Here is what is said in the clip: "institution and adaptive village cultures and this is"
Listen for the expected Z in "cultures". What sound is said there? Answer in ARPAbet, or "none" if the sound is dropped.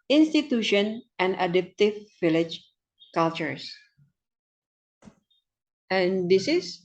S